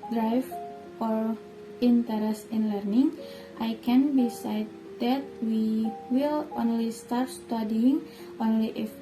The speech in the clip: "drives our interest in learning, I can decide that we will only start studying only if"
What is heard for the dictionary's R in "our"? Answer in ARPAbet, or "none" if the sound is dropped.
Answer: R